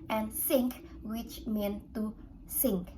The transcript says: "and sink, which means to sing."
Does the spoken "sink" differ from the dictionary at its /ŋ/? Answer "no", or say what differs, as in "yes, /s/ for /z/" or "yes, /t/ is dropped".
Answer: no